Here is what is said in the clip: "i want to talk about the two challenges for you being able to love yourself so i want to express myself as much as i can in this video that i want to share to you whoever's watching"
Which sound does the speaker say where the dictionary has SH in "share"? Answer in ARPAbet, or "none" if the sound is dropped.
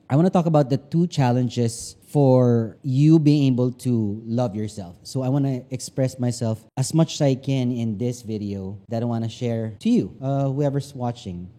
SH